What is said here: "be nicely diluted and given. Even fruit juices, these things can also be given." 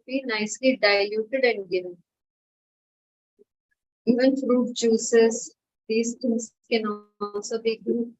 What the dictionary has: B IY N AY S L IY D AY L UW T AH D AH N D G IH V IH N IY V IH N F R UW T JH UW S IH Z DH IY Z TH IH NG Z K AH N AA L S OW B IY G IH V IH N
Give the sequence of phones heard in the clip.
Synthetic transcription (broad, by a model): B IY N AY S L IY D AY L UW T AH D AH N D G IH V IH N IY V IH N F R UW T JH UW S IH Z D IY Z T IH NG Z K AH N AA N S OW B IY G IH